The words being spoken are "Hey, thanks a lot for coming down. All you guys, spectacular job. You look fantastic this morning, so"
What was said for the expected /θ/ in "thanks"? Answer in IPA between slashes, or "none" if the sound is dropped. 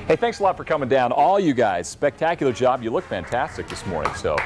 /θ/